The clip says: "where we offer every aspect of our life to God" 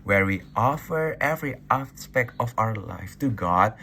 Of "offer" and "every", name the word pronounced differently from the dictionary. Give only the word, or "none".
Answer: none